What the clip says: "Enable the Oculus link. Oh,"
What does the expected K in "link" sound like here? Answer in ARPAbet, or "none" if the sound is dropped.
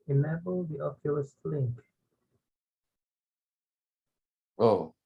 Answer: K